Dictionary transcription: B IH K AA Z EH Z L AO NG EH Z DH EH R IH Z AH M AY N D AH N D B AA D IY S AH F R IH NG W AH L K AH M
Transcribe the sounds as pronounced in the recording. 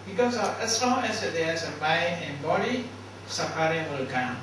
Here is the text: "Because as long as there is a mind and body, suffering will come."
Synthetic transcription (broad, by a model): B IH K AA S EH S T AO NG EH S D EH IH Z AH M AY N AH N B AA D IY S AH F R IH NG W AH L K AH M